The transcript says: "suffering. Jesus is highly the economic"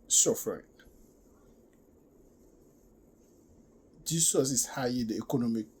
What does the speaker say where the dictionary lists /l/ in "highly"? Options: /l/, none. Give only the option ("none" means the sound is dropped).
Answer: none